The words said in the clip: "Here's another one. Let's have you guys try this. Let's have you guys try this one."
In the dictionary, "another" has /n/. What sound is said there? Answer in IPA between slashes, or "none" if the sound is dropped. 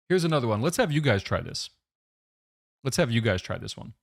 /n/